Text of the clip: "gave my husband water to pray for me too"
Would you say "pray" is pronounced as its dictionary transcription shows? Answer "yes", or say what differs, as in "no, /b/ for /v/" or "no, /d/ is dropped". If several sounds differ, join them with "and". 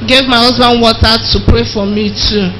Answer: yes